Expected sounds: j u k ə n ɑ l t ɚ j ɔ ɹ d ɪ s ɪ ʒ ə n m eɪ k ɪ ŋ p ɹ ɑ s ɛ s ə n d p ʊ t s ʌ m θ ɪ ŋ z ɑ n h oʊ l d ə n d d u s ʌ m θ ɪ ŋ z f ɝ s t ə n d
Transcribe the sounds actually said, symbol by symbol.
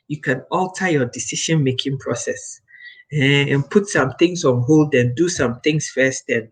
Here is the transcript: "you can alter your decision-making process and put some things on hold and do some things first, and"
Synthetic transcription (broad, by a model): j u k ə n ɑ l t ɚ j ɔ d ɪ s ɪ ʃ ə n m eɪ k ɪ ŋ p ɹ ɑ s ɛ s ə n p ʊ t s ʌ m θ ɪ ŋ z ɑ n h oʊ l d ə n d d u s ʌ m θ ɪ ŋ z f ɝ s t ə n